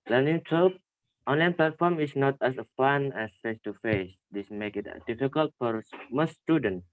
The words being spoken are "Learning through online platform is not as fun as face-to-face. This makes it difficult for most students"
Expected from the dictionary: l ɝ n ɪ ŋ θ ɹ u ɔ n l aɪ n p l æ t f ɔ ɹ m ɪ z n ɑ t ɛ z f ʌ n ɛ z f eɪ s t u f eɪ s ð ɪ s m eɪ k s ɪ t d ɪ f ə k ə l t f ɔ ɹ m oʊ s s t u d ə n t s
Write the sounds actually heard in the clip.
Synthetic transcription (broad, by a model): l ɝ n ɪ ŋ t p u ɔ n l aɪ n p l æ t f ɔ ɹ m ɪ s n ɑ t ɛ s f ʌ n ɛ s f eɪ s t u f eɪ s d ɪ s m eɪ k ɪ t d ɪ f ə k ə l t f ɔ ɹ m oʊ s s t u d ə n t